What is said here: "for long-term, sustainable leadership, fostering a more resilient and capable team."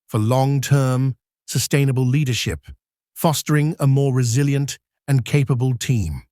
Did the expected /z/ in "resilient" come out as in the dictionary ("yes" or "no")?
yes